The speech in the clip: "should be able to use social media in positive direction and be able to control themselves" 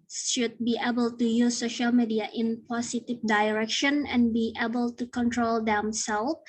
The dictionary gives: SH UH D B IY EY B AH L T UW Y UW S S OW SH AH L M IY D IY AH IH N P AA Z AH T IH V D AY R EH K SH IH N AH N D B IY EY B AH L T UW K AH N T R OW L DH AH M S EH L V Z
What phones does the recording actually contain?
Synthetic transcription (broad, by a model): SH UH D B IY EY B AH L T UW Y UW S S OW SH AH L M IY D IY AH IH N P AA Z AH T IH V D AY R EH K SH IH N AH N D B IY EY B AH L T UW K AH N T R OW L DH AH M S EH L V